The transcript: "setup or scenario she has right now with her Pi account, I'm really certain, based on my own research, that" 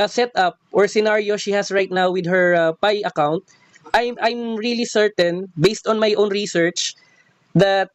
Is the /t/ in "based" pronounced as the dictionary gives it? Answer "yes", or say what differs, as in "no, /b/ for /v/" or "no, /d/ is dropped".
yes